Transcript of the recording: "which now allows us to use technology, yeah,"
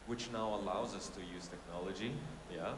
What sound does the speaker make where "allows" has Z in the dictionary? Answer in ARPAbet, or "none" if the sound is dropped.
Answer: Z